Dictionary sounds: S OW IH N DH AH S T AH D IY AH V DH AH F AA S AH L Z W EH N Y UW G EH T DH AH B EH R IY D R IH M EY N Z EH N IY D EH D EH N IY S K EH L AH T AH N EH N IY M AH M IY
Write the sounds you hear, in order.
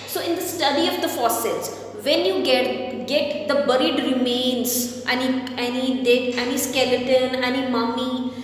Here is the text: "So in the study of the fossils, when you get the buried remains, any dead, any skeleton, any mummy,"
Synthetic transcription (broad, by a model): S OW IH N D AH S T AH D IY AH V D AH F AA S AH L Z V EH N Y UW G EH T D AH B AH R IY D R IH M EY N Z EH N IY D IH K EH N IY S K EH L AH T AH N EH N IY M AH M IY